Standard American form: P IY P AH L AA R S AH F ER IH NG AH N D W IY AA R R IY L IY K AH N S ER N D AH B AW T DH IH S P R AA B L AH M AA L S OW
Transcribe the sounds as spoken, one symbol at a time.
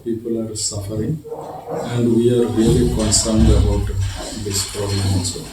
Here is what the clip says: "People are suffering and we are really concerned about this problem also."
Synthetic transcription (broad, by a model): P IY P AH L AA R S AH F ER IH NG AH N D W IY AA R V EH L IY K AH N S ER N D AH B AW T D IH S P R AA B AH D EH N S